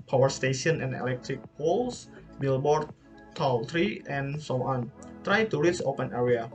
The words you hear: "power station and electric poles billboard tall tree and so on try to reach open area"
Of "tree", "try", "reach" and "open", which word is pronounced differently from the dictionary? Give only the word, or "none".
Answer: reach